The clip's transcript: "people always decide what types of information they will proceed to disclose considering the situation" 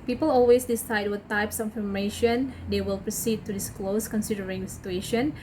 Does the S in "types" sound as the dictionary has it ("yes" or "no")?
yes